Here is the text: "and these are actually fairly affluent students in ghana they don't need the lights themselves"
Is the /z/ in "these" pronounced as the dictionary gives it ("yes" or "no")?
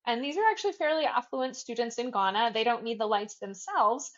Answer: yes